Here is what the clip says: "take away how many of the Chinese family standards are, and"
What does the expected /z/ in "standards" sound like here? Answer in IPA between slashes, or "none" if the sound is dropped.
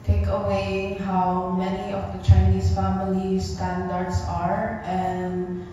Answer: /s/